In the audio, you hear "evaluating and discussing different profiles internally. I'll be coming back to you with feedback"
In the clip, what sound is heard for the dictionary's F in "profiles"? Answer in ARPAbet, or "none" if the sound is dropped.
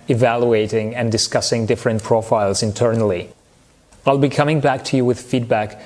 F